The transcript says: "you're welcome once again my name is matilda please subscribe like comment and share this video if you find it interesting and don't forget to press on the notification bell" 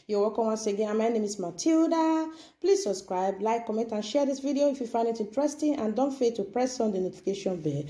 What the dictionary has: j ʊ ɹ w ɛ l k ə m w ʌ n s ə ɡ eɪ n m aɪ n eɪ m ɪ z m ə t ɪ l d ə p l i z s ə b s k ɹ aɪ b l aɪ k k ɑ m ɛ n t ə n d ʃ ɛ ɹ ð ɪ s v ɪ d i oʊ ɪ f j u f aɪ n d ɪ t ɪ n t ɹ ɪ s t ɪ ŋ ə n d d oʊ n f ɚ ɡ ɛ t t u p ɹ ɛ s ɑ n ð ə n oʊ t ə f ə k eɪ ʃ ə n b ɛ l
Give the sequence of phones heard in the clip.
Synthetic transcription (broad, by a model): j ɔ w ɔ k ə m w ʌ n s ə ɡ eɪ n m aɪ n eɪ m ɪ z m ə t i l d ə p l i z s ə b s k ɹ aɪ b l aɪ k k ɑ m ɛ n t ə n ʃ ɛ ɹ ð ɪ s v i d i oʊ ɪ f j u f aɪ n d ɪ t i n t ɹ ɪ s t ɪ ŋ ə n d d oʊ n f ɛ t t u p ɹ ɛ s ɑ n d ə n oʊ t ə f ə k eɪ ʃ ə n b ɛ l